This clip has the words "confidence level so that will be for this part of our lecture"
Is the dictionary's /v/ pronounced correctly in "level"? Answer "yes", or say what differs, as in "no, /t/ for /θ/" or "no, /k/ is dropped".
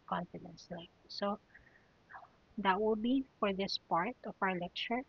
no, /v/ is dropped